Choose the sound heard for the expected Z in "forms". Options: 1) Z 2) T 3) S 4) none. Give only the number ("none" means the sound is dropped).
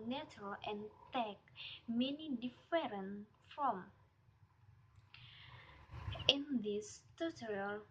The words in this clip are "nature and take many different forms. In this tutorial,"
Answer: 4